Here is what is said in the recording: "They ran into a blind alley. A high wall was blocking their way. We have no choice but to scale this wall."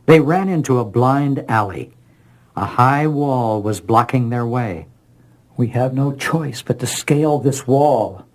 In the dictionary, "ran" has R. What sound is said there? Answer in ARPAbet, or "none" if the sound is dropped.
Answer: R